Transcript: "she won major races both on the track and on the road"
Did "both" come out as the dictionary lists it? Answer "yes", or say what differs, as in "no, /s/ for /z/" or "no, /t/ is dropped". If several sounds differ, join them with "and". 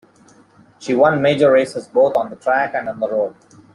no, /t/ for /θ/